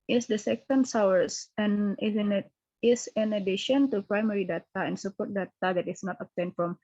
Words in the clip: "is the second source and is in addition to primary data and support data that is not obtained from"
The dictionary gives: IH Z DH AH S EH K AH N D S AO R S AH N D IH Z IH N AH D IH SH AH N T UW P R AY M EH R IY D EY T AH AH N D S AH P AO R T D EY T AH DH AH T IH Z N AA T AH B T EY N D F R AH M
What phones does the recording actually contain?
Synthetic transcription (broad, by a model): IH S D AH S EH K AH N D S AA W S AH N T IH S IH N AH D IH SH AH N T UW P R AY M EH R IY D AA T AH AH N S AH P AO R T D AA T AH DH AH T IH S N AA T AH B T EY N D F R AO M